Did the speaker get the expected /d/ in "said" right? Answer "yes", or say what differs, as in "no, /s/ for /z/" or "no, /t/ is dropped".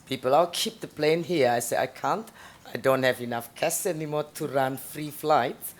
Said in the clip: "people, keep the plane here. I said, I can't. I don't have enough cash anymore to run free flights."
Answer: no, /d/ is dropped